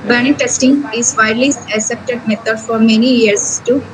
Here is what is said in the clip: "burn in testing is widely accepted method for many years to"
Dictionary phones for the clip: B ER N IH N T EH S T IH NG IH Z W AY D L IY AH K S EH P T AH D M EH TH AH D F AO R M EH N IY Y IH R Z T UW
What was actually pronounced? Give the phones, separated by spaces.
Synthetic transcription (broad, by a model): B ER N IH T EH S T IH NG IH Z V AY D L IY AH S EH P T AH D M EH T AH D F AO R M EH N IY Y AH R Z T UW